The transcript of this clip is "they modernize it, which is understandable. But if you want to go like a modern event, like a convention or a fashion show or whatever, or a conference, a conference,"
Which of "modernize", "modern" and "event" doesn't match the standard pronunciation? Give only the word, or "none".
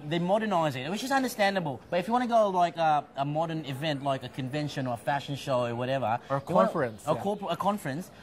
none